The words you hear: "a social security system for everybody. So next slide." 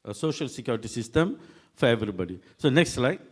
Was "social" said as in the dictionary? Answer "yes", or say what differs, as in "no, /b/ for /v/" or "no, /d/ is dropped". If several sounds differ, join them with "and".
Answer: yes